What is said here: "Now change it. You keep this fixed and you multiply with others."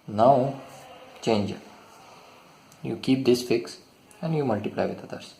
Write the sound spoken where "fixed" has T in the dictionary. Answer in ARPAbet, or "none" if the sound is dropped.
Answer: none